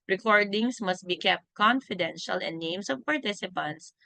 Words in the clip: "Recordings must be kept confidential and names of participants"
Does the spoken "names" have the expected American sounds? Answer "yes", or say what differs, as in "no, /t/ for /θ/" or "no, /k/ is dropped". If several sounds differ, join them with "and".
no, /s/ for /z/